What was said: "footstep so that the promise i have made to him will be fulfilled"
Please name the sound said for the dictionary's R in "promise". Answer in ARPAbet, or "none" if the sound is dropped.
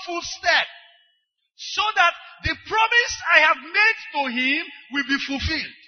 R